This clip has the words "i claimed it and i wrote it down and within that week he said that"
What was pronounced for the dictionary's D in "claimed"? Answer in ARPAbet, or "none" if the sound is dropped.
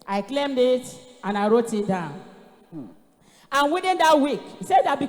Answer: D